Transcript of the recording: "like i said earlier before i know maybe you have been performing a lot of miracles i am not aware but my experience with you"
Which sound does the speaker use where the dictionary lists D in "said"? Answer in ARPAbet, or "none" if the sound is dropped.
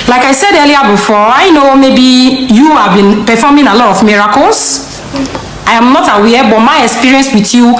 D